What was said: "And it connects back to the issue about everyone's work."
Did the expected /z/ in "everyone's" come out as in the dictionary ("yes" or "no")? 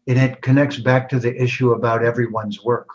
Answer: yes